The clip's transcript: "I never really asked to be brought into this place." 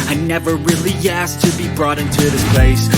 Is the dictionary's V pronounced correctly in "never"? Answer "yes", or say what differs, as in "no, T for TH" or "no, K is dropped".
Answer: yes